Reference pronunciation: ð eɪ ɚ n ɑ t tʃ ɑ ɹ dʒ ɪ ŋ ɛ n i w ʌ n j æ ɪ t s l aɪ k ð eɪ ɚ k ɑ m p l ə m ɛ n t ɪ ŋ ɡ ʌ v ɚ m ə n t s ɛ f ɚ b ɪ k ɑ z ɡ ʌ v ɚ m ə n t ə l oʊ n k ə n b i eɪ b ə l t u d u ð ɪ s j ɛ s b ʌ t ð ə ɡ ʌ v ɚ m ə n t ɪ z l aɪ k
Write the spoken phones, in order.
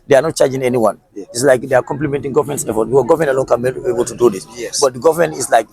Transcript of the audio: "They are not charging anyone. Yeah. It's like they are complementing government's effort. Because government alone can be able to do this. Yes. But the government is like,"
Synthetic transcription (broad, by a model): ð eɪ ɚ n ɑ t tʃ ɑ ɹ dʒ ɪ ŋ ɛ n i w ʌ n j ɪ t s l aɪ k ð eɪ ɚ k ɑ m p l ə m ɛ n t ɪ ŋ ɡ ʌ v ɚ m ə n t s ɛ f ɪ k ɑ ɡ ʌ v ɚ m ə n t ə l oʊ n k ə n b i eɪ b ə l t u d u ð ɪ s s b ʌ t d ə ɡ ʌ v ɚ m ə n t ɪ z l aɪ k